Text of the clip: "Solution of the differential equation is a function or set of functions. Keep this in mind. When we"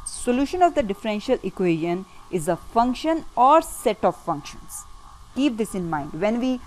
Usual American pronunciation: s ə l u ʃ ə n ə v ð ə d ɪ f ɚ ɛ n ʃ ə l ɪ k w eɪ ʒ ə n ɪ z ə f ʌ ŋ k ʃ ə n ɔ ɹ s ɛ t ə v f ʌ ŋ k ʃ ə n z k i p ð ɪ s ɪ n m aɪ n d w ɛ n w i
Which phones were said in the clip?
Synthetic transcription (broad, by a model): s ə l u ʃ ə n ə v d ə d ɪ f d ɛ n ʃ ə l ɪ k w eɪ ʒ ə n ɪ z ə f ʌ ŋ k ʃ ə n ɔ ɹ s ɛ t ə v f ʌ ŋ k ʃ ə n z k i p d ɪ s ɪ n m aɪ n d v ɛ n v i